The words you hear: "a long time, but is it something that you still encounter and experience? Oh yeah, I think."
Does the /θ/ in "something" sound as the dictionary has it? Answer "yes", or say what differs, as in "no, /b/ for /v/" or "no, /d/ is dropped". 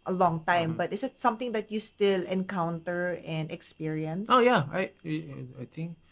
no, /t/ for /θ/